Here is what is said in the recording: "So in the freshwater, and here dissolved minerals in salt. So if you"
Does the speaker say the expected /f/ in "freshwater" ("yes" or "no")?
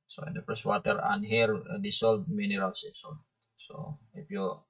no